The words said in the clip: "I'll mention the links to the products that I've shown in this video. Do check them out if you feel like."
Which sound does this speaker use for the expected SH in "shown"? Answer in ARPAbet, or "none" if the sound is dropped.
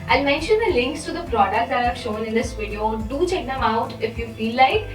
SH